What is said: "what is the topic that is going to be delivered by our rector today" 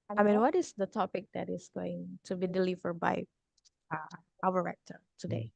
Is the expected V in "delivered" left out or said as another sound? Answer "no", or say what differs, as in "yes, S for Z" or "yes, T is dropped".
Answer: no